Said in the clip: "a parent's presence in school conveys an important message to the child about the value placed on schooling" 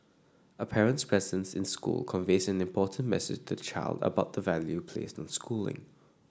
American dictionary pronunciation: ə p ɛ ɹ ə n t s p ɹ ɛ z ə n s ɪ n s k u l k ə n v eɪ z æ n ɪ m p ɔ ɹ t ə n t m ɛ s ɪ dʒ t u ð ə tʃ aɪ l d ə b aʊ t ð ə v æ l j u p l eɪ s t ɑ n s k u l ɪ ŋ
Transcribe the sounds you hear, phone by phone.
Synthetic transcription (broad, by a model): ə p ɛ ɹ ə n t s p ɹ ɛ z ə n s ɪ n s k u l k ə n v eɪ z æ n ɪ m p ɔ t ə n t m ɛ s ɪ dʒ t u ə tʃ aɪ l d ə b aʊ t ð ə v æ l j u p l eɪ s t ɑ n s k u l ɪ ŋ